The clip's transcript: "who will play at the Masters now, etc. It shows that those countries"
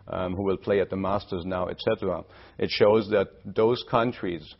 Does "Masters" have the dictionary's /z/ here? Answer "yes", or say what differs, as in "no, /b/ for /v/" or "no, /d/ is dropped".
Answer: yes